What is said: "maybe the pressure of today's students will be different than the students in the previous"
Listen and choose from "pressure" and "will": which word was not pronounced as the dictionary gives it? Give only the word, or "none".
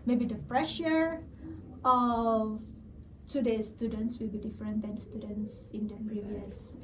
none